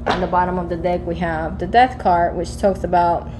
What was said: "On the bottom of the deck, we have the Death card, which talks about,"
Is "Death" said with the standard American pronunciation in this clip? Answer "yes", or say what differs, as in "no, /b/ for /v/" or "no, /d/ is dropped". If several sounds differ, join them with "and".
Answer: yes